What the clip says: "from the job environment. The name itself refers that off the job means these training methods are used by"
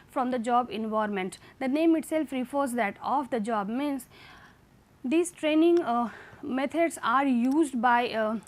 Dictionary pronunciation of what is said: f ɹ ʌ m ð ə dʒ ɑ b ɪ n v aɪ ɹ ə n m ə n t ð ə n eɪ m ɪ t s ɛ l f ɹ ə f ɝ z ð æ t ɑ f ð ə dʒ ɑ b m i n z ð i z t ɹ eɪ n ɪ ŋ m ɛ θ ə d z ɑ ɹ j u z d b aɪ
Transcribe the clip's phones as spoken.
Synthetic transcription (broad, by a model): f ɹ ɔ m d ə dʒ ɑ b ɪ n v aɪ ɹ m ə n t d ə n eɪ m ɪ t s ɛ l f ɹ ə f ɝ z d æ t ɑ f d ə dʒ ɑ b m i n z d i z t ɹ eɪ n ɪ ŋ m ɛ t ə d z ɑ ɹ j u z d b aɪ